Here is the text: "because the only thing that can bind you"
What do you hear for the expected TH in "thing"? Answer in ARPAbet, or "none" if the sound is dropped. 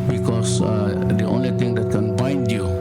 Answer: T